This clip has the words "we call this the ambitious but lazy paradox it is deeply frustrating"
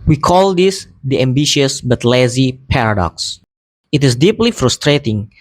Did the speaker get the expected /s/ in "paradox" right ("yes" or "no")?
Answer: yes